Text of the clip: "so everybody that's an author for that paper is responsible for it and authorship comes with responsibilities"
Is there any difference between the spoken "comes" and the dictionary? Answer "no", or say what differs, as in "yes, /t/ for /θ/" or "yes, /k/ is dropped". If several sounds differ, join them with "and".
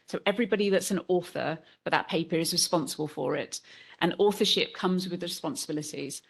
no